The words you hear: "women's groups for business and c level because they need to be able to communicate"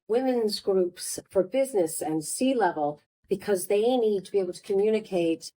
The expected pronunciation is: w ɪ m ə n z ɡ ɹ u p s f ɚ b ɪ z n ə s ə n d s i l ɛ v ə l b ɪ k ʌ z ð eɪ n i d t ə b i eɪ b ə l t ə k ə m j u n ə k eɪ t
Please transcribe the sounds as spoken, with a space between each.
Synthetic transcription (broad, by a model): w ɪ m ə n z ɡ ɹ u p s f ɚ b ɪ z n ə s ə n s i l ɛ v ə l b ɪ k ʌ z ð eɪ n i d t ə b i eɪ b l t ə k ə m j u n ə k eɪ t